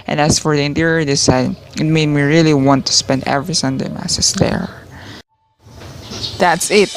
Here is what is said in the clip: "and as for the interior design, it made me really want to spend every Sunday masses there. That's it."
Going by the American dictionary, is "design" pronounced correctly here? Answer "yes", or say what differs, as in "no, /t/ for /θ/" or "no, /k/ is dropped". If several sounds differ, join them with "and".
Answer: no, /s/ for /z/